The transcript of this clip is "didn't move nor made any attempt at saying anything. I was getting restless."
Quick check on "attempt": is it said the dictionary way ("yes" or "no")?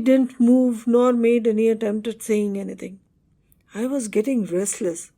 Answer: yes